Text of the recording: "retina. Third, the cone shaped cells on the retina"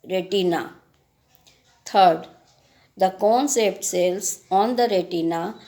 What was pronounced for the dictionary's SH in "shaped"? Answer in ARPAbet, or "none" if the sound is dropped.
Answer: S